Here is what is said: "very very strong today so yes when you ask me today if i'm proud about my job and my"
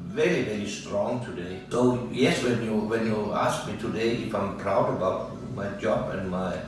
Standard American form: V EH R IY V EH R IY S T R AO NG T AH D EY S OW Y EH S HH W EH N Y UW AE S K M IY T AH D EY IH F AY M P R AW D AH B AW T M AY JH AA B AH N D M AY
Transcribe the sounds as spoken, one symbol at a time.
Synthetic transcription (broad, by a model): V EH R IY V EH R IY S T R AO NG T AH D EY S OW Y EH S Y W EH N Y UW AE S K M IY T AH D EY IH F AY M P R AW D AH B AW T M AY JH AA B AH N M AY